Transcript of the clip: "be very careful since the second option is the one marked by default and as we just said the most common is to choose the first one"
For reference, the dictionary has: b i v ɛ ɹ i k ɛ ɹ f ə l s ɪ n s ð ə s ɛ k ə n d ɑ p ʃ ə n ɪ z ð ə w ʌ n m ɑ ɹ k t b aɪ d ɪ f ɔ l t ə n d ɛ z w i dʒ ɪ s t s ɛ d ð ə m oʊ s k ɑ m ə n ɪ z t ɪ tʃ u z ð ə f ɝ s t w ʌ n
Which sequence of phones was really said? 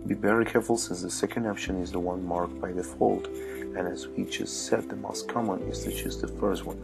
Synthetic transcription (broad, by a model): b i b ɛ ɹ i k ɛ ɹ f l s ɪ n s ð ə s ɛ k ə n d ɑ p ʃ ə n ɪ z ð ə w ʌ n m ɑ ɹ k b aɪ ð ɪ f ɔ l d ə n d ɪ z w i tʃ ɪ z s ɛ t ð ə m oʊ s k ɑ m ə n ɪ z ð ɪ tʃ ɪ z ð ə f ɝ s t w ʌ n